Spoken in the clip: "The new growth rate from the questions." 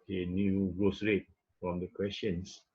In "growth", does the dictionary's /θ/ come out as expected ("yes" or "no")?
no